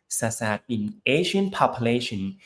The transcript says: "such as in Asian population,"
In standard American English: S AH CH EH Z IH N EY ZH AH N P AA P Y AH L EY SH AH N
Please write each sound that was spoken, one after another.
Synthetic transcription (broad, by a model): S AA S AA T IH N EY SH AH N P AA P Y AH L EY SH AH N